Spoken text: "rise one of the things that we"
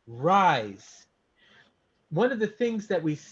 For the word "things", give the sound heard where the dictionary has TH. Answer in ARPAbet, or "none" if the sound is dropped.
TH